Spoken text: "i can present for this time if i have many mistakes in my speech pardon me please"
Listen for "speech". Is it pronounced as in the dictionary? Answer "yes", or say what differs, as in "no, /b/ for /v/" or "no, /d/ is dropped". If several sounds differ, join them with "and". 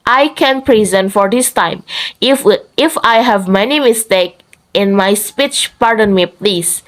yes